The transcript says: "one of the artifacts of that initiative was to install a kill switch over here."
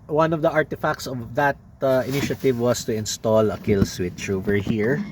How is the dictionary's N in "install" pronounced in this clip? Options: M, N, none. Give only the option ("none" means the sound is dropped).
N